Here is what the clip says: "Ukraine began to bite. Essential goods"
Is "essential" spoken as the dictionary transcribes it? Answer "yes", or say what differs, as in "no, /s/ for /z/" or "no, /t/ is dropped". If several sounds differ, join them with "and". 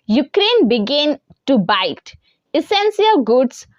no, /s/ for /ʃ/